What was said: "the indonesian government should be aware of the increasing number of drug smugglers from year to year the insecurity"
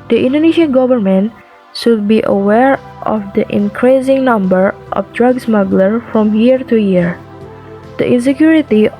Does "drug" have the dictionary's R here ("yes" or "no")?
yes